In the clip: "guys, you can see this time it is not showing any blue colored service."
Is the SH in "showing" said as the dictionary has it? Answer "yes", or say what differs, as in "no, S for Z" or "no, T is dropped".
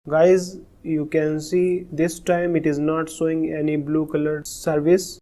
no, S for SH